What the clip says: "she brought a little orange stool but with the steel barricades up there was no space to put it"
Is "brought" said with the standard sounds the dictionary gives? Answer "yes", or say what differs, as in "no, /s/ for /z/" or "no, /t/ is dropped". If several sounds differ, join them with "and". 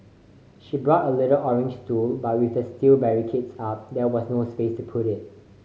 yes